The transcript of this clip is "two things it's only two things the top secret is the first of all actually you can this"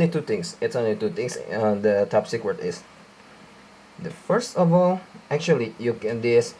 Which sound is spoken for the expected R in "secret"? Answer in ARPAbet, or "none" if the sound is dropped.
W